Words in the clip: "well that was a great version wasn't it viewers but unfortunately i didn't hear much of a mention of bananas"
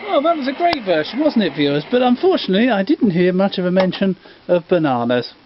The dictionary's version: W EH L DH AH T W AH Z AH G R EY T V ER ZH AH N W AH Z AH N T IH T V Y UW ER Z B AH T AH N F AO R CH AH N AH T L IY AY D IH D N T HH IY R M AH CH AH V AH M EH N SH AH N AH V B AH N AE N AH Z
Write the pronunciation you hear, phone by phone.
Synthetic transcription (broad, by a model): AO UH DH AH T W AH Z AH G R EY T V ER SH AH N W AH Z N T IH T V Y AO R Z B AH T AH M F AO R CH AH N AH T L IY AY D IH D N T HH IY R M AH CH AH V AH M EH N SH AH N AH V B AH N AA N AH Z